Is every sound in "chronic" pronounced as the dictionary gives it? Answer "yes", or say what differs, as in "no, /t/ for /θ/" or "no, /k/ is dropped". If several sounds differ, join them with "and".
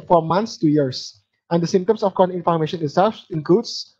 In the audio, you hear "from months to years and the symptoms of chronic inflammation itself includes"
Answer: no, /ɹ/ is dropped